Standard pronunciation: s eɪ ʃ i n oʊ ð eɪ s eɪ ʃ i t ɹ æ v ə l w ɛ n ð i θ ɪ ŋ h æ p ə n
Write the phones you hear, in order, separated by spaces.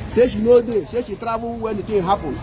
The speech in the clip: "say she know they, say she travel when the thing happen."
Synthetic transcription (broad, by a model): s eɪ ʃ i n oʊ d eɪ s eɪ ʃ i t ɹ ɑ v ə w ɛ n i t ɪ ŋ h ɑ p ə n